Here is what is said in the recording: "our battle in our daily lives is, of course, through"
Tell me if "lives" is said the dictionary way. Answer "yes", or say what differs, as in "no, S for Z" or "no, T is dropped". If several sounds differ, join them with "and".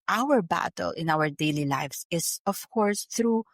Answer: no, S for Z